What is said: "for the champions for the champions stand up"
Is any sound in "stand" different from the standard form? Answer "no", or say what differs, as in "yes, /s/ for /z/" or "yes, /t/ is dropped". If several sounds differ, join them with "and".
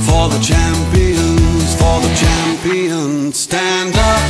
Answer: no